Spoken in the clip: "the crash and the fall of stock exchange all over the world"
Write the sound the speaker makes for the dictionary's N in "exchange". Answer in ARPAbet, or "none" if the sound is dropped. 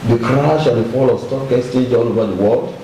none